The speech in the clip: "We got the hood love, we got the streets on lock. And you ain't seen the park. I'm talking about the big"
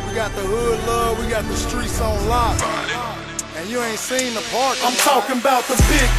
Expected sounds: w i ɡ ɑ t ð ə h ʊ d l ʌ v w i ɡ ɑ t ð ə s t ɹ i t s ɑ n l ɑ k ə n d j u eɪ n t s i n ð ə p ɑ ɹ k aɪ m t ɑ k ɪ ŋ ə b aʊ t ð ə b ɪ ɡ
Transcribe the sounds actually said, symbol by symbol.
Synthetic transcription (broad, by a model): w i ɡ ɑ t ð ə h ʊ d l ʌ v w i ɡ ɑ t ð ə s t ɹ i t s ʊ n l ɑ ə n j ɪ eɪ n t s i n ð ə p ɑ ɹ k aɪ m t ɑ k ɪ ŋ ə b aʊ t ð ə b ɪ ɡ